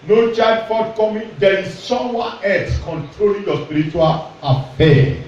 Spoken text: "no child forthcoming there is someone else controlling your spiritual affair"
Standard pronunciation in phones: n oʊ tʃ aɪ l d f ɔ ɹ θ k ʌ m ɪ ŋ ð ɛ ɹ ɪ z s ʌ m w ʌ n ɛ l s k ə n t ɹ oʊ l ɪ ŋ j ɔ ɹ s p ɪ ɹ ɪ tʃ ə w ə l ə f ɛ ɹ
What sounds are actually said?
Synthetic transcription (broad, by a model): n oʊ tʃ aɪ d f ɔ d k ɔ m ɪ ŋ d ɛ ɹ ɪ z s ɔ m w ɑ ɛ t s k ə n t ɹ oʊ l ɪ ŋ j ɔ s p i ɹ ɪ tʃ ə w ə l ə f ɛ